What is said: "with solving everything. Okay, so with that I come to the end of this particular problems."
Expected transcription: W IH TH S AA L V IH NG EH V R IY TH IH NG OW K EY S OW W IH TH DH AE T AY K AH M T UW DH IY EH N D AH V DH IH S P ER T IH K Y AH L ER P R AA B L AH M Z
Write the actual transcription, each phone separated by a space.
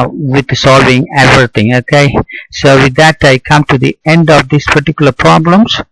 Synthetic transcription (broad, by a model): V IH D S AA L V IH NG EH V R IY T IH NG OW K EY S OW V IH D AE T AY K AH M T UW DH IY EH N D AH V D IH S P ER T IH K Y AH L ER P R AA B L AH M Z